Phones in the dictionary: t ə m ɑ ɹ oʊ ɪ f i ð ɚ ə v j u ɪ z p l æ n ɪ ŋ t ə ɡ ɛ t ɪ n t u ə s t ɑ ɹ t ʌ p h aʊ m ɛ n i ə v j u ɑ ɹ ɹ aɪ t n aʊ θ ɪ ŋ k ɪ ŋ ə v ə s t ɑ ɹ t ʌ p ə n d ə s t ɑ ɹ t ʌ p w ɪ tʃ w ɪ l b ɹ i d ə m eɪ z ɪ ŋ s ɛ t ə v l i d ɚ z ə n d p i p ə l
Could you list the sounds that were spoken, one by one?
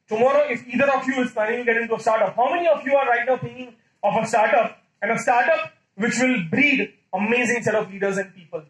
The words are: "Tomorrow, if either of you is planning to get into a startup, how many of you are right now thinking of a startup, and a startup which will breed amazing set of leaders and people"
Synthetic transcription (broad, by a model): t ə m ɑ ɹ oʊ ɪ f i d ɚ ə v j u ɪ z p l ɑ ɪ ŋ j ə ɡ ɛ t ɪ n t u ə s t ɑ ɹ t ʌ p h aʊ m ɛ n i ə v j u ɑ ɹ ɹ aɪ t n aʊ t ɪ ŋ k ɪ ŋ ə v ə s t ɑ ɹ t ʌ p ə n d ə s t ɑ ɹ t ʌ p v ɪ tʃ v ɪ l b ɹ i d ə m eɪ z ɪ ŋ s ɛ t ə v l i d ɚ z ə n d p i p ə l